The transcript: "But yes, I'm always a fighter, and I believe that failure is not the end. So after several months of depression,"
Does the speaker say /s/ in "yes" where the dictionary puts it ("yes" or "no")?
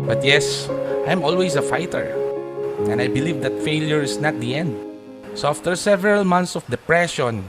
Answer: yes